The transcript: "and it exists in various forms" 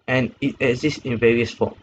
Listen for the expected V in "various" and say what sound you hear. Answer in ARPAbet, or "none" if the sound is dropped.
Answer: V